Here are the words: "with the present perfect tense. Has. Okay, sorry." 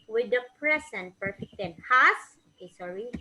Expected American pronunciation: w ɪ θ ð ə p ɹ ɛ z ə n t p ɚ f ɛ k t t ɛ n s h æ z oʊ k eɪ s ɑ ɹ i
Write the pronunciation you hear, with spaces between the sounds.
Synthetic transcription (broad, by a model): w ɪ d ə p ɹ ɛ s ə n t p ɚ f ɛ k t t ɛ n h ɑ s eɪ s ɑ ɹ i